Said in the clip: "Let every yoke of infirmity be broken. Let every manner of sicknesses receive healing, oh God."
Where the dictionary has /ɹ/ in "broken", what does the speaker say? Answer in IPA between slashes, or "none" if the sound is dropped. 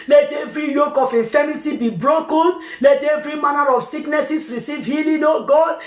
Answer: /ɹ/